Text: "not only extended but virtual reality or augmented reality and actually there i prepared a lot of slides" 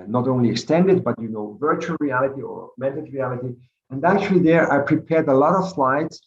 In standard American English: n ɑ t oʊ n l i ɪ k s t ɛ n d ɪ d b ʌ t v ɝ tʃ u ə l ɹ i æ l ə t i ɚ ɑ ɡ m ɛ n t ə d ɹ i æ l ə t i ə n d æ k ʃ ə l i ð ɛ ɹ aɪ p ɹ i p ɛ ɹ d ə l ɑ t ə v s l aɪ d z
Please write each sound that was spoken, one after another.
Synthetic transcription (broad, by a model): n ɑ t oʊ n l i ɪ k s t ɛ n d ɪ d b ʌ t v ɝ tʃ u ə l ɹ i æ l ə t i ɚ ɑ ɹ m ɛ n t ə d ɹ i æ l ə t i ə n d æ k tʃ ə l i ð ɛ ɹ aɪ p ɹ i p ɛ ɹ d ə l ɑ t ə v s l aɪ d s